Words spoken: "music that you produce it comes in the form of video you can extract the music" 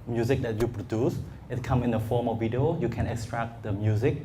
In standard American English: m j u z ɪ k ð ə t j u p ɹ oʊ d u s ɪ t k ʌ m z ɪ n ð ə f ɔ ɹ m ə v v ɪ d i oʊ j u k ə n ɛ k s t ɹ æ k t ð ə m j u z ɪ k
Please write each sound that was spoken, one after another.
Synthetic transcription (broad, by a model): m j u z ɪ k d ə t j u p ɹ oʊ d u s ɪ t k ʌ m ɪ n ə f ɔ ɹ m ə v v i d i oʊ j u k ə n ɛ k s t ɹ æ k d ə m j u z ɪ k